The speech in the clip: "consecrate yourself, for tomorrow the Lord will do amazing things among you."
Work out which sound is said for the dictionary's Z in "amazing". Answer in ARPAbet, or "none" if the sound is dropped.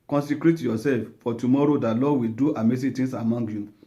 S